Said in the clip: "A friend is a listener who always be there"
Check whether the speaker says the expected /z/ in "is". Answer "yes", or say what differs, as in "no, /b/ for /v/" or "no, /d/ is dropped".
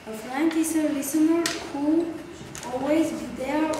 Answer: no, /s/ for /z/